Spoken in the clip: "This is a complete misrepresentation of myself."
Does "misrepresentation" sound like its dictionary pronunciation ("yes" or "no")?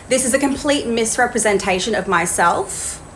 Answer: yes